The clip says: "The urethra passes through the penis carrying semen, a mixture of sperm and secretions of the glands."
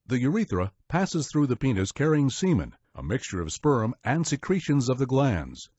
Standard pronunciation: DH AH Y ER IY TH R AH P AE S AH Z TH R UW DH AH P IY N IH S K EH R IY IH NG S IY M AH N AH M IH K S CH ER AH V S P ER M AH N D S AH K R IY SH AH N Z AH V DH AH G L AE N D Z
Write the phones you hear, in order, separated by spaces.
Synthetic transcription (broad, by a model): DH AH Y ER IY TH R AH P AE S AH Z TH R UW DH AH P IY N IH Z K EH R IY IH NG S IY M AH N AH M IH K S CH ER AH V S P ER M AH N S AH K R IY SH AH N Z AH V DH AH G L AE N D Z